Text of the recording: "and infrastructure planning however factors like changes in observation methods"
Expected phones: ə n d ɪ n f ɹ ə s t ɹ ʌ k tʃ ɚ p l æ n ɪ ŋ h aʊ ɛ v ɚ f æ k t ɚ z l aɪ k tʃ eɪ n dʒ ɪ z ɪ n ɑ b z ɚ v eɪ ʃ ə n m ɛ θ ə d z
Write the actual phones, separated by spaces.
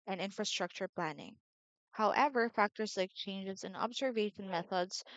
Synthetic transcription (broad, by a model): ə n ɪ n f ɹ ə s t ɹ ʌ k tʃ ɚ p l æ n ɪ ŋ h aʊ ɛ v ɚ f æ k t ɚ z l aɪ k tʃ eɪ n dʒ ɪ z ɪ n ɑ b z ɚ v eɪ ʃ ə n m ɛ θ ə d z